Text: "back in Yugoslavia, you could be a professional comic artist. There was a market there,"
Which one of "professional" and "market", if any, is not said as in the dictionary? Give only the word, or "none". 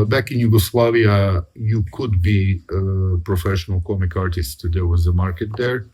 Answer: none